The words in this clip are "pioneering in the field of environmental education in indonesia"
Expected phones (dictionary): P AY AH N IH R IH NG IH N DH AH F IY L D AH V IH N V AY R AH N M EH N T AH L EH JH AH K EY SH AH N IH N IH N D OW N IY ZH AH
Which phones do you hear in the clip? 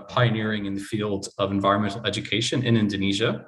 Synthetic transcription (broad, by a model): P AY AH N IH R IH NG IH N DH AH F IY L D AH V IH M V AY R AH N M EH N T L EH JH AH K EY SH AH N IH N IH N D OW N IY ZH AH